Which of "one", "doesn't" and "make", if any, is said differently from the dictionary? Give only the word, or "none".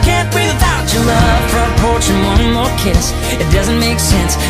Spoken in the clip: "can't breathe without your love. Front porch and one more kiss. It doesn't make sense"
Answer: none